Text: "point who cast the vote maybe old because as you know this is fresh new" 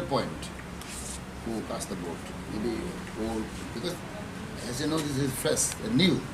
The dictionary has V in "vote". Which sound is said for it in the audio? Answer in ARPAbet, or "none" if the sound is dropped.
B